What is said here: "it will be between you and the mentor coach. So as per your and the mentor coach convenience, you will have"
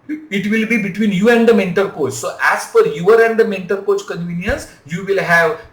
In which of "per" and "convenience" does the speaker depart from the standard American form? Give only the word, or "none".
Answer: per